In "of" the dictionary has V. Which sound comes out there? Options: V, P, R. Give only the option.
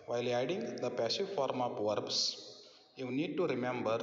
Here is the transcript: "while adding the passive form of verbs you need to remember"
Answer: P